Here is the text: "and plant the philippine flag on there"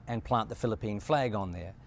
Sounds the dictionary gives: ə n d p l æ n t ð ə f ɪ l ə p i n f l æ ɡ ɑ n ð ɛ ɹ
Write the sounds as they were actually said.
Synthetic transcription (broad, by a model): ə n p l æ n ð ə f ɪ l ə p i n f l æ ɡ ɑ n ð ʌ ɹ